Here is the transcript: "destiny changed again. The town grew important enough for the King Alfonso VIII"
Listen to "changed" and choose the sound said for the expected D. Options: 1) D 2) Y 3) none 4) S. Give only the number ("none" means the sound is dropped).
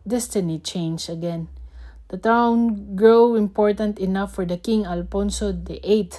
3